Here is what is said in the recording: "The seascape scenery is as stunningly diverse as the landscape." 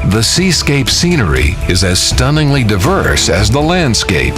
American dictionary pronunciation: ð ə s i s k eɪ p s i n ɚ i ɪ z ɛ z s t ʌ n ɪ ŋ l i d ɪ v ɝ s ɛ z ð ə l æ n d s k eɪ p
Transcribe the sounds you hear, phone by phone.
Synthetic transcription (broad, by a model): ð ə s i s k eɪ p s i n ɚ i ɪ z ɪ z s t ʌ n ɪ ŋ l i d ɪ v ɝ s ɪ z ð ə l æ n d s k eɪ p